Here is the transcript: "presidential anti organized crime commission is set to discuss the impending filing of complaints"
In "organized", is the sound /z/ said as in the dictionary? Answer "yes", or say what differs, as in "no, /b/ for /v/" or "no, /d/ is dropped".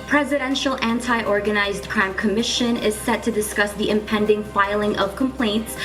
yes